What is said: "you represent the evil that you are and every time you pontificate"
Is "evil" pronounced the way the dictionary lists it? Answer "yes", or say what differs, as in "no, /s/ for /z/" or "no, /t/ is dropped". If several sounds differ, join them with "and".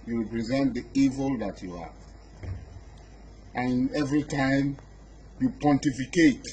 yes